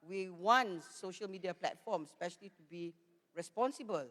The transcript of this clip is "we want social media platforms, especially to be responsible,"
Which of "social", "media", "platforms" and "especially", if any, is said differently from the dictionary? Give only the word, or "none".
platforms